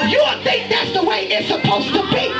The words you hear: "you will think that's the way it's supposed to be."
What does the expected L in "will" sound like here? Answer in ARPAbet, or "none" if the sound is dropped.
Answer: N